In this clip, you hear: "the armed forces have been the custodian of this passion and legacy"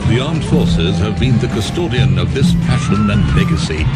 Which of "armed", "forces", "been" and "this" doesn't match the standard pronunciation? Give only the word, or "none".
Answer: none